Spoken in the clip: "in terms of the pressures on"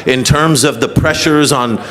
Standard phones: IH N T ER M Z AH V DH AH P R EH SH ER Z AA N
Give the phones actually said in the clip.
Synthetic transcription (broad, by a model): IH N T ER M Z AH V DH AH P R EH SH ER Z N